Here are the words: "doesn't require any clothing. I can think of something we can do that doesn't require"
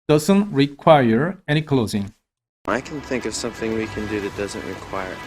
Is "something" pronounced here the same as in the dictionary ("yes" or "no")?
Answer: yes